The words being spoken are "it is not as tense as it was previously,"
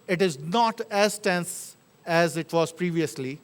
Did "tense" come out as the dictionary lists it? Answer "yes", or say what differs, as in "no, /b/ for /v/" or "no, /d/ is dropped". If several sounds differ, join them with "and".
yes